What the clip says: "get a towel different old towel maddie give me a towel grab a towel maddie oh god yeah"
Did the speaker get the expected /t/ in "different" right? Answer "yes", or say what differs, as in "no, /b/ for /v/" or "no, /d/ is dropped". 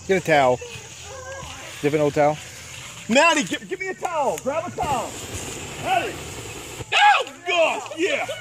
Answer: no, /t/ is dropped